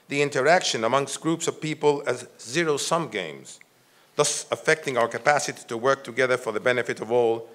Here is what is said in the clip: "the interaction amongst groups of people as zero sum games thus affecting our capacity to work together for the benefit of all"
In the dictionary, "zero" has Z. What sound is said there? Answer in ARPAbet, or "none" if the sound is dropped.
Z